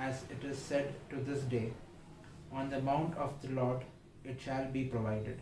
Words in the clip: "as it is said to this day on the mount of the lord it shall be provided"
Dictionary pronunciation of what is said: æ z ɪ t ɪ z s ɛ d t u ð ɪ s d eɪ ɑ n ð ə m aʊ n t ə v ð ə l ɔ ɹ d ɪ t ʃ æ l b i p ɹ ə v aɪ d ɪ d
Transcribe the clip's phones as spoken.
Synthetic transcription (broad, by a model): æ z ɪ t ɪ z s ɛ d t u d ɪ s d eɪ ɑ n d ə m aʊ n t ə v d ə l ɔ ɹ d ɪ t ʃ æ l b i p ɹ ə v aɪ d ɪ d